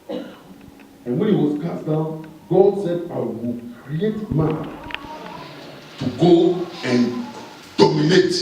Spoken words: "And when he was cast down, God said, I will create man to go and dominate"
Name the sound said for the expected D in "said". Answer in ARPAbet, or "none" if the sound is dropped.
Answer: D